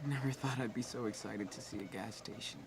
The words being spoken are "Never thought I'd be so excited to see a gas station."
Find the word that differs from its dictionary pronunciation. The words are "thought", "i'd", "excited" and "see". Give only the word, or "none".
none